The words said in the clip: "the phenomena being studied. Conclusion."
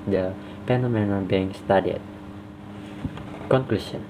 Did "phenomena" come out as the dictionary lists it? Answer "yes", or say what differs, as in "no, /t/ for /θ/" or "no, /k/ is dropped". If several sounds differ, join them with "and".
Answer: no, /p/ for /f/